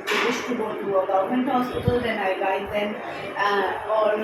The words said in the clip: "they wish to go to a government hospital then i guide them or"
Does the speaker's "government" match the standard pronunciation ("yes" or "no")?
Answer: no